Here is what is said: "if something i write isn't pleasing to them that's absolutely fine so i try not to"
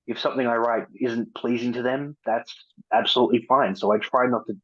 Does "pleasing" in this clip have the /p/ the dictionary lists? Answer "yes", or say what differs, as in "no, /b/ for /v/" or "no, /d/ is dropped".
yes